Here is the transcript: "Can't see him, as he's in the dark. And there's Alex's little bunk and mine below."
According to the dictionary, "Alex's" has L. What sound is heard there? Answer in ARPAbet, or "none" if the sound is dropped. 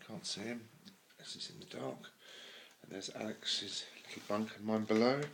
L